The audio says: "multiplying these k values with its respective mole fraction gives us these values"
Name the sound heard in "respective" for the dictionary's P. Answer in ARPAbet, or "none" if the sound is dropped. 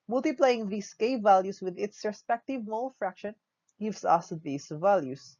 P